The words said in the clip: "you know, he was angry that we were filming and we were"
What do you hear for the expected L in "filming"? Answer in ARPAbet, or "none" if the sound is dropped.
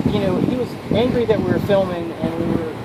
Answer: L